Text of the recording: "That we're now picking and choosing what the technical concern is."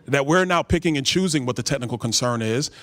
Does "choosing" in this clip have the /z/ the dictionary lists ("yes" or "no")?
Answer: yes